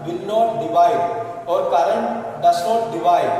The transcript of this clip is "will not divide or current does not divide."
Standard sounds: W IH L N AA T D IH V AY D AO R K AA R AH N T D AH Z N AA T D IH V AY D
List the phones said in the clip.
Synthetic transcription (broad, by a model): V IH L N AA T D IH V AY D AO R K AA R AH N T D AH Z N AA T D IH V AY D